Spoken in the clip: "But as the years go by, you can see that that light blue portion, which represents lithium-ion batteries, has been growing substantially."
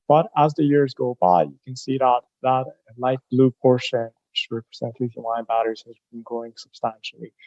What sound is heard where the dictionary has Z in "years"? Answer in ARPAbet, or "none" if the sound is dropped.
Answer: Z